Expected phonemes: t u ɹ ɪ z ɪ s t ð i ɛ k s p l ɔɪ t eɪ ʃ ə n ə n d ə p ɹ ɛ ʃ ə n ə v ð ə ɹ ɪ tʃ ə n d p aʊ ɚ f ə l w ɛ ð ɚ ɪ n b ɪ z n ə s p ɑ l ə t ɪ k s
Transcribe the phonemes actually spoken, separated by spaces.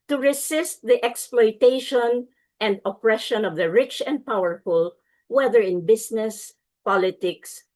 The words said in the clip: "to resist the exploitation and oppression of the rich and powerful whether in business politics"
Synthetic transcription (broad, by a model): t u ɹ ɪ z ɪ s t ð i ɛ k s p l ɔɪ t eɪ ʃ ə n ə n d ə p ɹ ɛ ʃ ə n ə v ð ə ɹ ɪ tʃ ə n d p aʊ ɚ f ə l w ɛ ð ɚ ɪ n b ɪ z n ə s p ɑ l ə t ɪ k s